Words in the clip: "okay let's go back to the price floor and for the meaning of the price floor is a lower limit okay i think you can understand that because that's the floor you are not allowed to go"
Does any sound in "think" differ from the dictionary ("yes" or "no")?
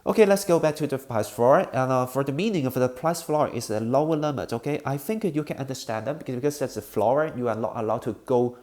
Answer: no